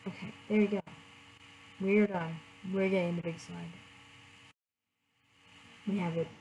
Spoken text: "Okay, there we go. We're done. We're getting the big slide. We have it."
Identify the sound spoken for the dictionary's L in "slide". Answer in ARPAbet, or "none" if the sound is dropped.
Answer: none